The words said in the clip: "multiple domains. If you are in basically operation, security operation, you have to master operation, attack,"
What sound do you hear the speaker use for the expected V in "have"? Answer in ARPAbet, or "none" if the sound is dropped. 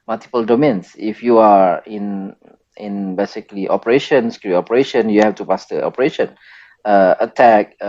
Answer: F